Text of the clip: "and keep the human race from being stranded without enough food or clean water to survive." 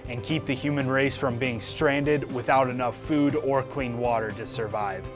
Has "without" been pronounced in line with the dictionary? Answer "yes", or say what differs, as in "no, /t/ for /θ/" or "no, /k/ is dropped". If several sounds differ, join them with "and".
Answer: yes